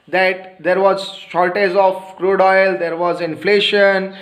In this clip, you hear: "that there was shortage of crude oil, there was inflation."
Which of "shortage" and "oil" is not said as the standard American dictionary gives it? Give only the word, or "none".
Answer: shortage